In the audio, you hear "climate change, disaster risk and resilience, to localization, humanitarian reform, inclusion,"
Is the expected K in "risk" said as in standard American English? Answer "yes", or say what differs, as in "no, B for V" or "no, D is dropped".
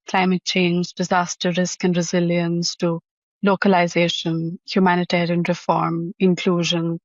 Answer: yes